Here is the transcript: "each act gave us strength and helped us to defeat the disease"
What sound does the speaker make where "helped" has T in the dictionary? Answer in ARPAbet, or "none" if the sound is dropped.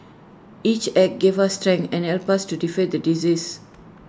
none